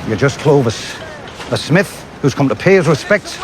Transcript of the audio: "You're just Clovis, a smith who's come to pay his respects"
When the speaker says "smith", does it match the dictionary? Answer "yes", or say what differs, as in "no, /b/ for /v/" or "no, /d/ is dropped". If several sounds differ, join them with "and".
yes